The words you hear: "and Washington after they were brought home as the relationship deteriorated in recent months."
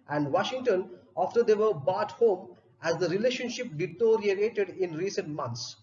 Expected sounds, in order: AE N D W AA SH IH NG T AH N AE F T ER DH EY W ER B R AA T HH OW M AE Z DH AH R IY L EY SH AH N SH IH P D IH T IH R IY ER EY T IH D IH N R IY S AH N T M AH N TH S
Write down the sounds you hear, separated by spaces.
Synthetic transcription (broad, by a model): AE N D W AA SH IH NG T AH N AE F T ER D EY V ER B AA T HH OW M AE Z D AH R IY L EY SH AH N SH IH P D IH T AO R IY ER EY T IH D IH N R IY S AH N T M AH N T S